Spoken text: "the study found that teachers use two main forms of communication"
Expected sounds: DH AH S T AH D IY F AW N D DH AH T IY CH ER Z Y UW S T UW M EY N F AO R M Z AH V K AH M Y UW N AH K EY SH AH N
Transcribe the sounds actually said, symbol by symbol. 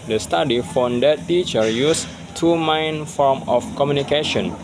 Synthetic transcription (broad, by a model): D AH S T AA D IY F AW N D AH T IY CH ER Y UW S T UW M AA N F AO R M AH F K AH M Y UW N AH K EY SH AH N